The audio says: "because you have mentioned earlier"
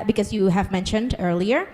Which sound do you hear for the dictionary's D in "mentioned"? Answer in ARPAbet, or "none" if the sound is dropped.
D